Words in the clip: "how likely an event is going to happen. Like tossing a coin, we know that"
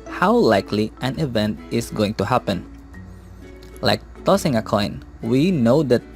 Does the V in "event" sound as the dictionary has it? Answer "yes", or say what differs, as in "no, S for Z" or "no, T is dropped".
yes